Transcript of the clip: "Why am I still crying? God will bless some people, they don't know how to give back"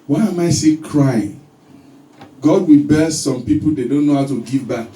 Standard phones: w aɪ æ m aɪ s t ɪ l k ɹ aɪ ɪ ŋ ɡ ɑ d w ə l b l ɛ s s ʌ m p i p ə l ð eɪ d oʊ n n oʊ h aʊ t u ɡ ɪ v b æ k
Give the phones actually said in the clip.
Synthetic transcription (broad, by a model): w aɪ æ m aɪ s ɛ k ɹ aɪ ɪ ŋ ɡ ɑ d w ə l b ɛ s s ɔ m p i p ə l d eɪ d oʊ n n oʊ h aʊ t u ɡ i v b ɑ k